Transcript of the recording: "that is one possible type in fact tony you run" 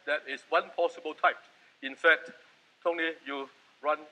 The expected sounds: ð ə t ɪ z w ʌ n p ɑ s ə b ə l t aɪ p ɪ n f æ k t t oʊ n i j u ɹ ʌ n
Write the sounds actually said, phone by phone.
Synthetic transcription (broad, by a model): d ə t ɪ s w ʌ n p ɑ s ə b ə l t aɪ p ɪ n f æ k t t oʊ l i j u ɹ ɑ n